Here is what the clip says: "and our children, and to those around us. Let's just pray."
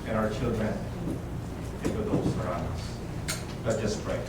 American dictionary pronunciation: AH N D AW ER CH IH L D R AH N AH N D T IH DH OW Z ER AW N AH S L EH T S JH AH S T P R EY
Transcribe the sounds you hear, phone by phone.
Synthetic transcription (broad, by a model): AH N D AW ER CH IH L D R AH N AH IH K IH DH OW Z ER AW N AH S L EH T JH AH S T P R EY